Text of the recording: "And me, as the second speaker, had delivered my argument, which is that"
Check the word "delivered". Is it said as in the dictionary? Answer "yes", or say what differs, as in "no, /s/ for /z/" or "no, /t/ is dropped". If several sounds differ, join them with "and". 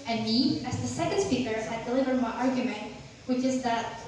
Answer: yes